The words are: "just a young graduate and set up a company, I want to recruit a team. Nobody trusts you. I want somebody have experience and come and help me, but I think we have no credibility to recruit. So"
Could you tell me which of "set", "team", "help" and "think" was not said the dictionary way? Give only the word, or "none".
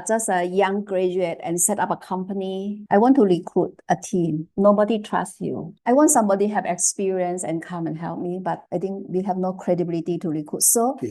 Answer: think